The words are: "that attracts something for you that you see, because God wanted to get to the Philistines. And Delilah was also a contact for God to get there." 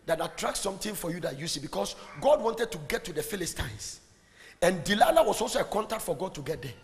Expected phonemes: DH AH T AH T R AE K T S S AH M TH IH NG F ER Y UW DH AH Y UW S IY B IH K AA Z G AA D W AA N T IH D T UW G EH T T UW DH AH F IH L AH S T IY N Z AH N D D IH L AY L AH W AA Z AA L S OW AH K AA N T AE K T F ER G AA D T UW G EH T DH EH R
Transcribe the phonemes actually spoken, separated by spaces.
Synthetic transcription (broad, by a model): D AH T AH T R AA K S S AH M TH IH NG F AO Y UW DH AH Y UW S IY B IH K AA S G AA D W AA N T IH D T UW G EH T T UW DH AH F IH L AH S T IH N S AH N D D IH L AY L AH W AA S AA L S OW AH K AA N T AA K T F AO G AA D T UW G EH T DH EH